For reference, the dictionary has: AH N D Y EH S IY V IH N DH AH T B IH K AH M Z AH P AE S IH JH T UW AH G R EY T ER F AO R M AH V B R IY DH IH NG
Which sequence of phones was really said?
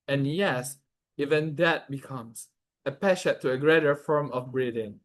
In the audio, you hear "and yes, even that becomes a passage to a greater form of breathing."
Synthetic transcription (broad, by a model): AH N Y EH S IY V IH N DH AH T B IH K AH M S AH P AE SH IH T UW AH G R EY T ER F AO R M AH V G R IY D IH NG